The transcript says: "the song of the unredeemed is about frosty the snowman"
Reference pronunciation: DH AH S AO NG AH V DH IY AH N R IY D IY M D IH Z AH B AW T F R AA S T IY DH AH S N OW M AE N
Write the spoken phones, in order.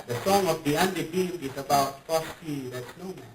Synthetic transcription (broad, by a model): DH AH S AO NG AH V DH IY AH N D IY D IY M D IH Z AH B AW T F AA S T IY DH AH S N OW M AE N